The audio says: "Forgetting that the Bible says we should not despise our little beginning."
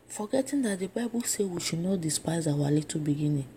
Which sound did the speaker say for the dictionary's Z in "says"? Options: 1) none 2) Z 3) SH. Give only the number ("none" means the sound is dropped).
1